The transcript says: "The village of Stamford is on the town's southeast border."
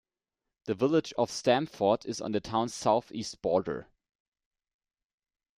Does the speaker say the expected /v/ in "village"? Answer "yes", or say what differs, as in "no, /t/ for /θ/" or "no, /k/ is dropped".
yes